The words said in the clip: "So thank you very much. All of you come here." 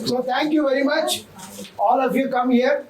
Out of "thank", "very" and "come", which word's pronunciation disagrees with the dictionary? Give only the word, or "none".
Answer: thank